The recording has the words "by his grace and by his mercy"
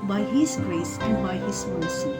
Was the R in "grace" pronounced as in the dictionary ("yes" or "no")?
yes